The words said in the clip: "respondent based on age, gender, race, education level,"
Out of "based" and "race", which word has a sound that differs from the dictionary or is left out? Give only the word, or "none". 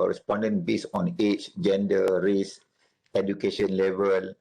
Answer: based